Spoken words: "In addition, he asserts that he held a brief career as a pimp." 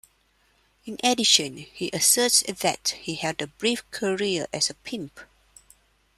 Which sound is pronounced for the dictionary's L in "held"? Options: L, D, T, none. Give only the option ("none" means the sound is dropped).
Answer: none